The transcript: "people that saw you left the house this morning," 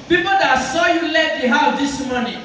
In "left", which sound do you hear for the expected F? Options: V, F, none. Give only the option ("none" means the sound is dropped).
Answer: none